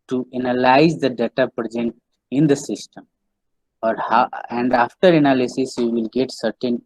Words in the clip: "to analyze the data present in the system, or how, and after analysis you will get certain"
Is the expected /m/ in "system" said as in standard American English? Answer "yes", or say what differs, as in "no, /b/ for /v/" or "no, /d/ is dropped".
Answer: yes